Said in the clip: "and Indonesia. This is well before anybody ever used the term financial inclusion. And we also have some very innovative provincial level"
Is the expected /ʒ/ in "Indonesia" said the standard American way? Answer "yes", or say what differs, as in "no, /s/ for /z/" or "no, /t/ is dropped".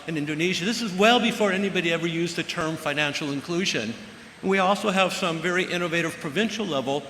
yes